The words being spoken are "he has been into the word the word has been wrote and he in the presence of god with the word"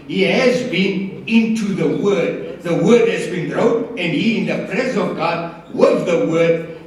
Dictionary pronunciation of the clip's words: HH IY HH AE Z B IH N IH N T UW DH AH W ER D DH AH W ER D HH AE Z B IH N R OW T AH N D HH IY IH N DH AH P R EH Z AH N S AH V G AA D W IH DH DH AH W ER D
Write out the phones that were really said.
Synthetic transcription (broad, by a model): HH IY HH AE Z B IH N IH N T UW DH AH W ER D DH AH W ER D HH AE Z B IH N R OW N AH N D HH IY IH N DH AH P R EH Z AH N AH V G AA D W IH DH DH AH W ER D